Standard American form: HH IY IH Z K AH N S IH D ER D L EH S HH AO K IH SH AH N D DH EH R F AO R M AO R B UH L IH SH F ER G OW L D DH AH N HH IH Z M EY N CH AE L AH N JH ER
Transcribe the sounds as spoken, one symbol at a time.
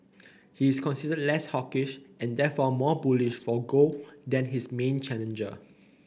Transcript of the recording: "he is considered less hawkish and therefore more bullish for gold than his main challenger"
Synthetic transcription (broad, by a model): HH IY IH S K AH N S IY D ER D L EH S HH AO K IH SH AH N D EH F AO M AO B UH L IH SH F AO G OW D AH N HH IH S M EY N CH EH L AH N JH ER